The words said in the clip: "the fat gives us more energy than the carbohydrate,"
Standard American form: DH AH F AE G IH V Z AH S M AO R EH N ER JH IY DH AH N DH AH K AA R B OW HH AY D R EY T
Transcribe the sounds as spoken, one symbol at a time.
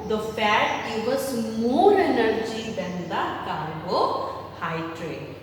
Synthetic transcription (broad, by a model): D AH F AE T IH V AH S M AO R EH N ER JH IY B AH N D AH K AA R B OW HH AY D R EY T